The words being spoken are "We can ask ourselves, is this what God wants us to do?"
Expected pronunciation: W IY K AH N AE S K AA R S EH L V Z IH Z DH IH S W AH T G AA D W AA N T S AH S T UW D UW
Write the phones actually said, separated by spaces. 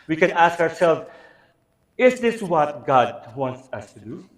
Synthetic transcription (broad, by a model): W IY K AH N AE S K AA R S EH L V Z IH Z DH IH S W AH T G AA D W AA N T S AH S T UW D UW